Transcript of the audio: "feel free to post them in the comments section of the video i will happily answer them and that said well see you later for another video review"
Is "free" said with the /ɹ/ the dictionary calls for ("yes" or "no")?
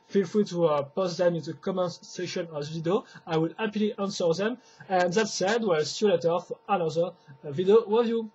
no